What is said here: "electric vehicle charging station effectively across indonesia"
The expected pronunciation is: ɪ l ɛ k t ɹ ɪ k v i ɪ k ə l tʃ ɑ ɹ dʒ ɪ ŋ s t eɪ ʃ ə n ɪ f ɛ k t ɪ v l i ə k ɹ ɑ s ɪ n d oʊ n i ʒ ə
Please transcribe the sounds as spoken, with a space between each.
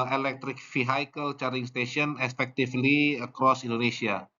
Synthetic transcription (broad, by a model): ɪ l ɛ k t ɹ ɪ k f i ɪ k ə l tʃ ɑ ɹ ɪ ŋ s t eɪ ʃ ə n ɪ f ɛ k t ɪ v l i ə k ɹ ɑ s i n d oʊ n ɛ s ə